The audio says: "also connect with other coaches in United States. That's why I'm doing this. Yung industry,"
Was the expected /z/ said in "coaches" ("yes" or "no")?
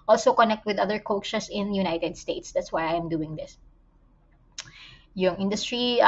no